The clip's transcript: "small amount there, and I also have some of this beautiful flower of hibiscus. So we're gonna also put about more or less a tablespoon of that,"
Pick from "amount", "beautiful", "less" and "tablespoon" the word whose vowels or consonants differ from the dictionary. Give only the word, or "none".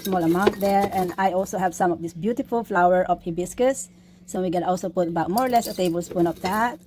none